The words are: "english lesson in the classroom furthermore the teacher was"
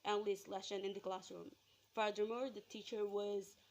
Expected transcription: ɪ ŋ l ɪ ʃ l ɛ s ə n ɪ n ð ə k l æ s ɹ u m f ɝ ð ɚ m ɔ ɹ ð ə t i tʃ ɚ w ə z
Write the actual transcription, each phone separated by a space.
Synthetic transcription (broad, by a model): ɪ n l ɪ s l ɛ ʃ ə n ɪ n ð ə k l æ s ɹ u m f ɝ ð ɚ m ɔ ɹ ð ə t i tʃ ɚ w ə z